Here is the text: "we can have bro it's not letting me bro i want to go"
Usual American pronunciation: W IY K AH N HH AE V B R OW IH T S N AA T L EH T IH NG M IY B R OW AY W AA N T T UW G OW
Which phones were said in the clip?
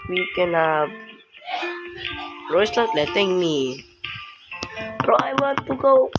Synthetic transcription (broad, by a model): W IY K AH N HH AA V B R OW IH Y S L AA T L EH T IH NG M IY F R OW AY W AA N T T UW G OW